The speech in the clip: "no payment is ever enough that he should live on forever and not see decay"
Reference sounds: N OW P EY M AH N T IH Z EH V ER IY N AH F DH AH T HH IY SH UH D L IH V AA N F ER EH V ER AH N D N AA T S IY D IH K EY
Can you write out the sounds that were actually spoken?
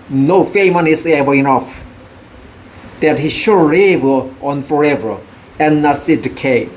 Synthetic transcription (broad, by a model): N OW F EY M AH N IH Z EH V ER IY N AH F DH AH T HH IY SH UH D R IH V AA N F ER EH V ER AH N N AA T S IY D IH K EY